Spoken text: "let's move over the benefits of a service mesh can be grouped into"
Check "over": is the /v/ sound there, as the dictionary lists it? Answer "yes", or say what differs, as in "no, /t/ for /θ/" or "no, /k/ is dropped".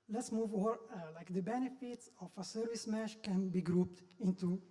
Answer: no, /v/ is dropped